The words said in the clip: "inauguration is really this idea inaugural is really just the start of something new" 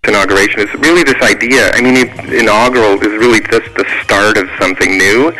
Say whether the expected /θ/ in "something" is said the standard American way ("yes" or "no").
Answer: yes